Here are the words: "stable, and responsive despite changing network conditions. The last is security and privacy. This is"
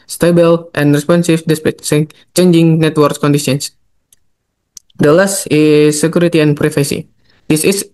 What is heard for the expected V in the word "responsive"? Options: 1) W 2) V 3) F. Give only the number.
3